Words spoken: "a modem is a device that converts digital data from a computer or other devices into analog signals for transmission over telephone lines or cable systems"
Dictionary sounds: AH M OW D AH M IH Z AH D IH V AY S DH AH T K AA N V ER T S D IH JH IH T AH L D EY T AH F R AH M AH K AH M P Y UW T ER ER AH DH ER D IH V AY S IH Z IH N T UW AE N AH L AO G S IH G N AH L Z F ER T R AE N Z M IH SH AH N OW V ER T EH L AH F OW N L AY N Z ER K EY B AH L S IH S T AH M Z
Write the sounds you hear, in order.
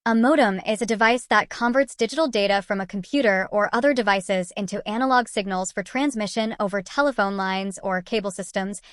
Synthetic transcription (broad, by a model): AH M OW D AH M IH Z AH D IH V AY S DH AH T K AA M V ER T S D IH JH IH T L D EY T AH F R AH M AH K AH M P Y UW T ER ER AH DH ER D IH V AY S IH Z IH N T UW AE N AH L AO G S IH G N L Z F ER T R AE N Z M IH SH AH N OW V ER T EH L AH F OW N L AY N Z ER K EY B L S IH S T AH M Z